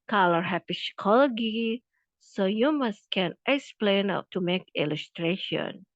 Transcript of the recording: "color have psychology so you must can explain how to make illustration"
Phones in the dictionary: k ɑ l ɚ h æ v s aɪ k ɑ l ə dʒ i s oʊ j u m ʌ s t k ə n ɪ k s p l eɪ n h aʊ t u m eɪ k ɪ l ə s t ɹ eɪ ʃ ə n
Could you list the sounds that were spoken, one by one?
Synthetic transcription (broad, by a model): k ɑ l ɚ h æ p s k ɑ l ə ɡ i s oʊ j u m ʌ s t k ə n ɪ k s p l eɪ n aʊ t u m eɪ k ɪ l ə s t ɹ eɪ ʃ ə n